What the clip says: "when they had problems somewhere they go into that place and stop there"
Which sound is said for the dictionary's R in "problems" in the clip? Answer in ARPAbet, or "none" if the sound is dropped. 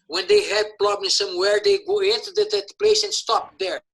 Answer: L